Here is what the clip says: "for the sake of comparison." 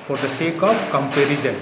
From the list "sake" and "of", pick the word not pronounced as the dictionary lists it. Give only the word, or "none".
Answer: of